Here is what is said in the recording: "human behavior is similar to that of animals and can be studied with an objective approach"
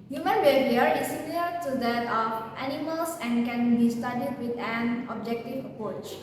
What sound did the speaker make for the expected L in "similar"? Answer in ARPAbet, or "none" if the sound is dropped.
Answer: none